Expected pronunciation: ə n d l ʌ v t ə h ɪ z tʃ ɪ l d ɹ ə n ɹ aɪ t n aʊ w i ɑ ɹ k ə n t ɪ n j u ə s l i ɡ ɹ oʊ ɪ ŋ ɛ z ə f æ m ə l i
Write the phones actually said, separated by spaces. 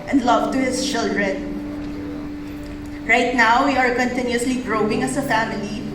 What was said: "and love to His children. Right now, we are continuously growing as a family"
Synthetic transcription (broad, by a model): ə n d l ʌ v t ə h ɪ s tʃ ɪ l d ɹ ə n ɹ aɪ t n aʊ w i ɑ ɹ k ə n t ɪ n j u ə s l i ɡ ɹ oʊ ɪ ŋ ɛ s ə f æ m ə l i